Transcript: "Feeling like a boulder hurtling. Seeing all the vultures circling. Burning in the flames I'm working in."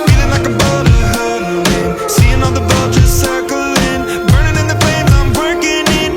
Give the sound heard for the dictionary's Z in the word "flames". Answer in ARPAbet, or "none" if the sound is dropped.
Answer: none